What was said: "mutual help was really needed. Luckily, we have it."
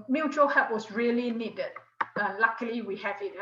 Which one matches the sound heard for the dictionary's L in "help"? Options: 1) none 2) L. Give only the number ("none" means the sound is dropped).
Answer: 1